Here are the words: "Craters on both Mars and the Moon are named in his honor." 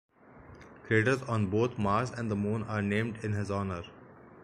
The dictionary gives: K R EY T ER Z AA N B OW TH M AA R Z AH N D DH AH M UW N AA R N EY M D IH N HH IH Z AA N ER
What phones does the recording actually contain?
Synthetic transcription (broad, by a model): K R EY T ER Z AA N B OW T M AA R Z AH N D AH M UW N AA R N EY M D IH N HH IH Z AA N ER